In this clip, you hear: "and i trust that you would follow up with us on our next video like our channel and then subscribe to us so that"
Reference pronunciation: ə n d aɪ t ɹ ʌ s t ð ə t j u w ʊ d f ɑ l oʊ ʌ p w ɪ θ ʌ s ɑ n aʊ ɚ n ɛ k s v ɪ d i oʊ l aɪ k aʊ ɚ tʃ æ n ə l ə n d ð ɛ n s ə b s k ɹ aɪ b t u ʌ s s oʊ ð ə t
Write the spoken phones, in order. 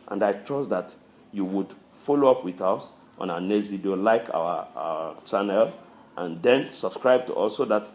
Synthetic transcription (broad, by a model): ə n d aɪ t ɹ ʌ s t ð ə t j u w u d f ɑ l oʊ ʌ p w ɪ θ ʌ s ɑ n aʊ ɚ n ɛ s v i d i oʊ l aɪ k aʊ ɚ tʃ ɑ n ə l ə n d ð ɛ n s ə b s k ɹ aɪ b t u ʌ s s oʊ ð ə t